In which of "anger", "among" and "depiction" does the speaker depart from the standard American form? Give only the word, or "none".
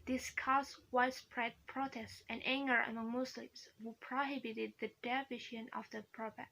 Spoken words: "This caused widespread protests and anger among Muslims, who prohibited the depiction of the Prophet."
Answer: depiction